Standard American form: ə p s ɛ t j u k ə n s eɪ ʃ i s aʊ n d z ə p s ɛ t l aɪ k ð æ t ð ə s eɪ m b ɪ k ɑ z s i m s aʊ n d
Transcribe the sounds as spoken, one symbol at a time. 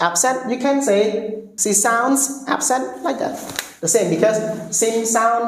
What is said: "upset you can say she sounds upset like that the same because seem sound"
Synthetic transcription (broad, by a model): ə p s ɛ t j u k ə n s eɪ s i s aʊ n d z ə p s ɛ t l aɪ k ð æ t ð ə s eɪ m b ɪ k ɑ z s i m s aʊ n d